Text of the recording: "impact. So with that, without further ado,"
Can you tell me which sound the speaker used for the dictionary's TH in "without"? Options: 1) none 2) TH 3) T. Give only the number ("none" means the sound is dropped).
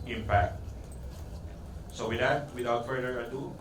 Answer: 3